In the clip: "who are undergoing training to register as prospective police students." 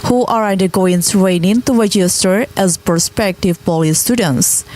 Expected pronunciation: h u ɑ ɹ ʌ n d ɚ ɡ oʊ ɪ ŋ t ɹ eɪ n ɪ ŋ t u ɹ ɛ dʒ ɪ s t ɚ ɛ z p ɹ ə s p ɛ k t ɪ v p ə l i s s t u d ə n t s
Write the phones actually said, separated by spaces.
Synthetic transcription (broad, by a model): h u ɑ ɹ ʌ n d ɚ ɡ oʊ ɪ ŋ s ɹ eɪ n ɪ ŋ t u ɹ ɛ dʒ ɪ s t ɚ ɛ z p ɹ s p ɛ k t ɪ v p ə l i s s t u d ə n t s